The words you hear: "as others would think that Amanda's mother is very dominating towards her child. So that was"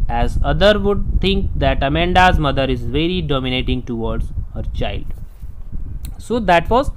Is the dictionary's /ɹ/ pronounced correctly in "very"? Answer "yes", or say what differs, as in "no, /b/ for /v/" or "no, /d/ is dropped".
yes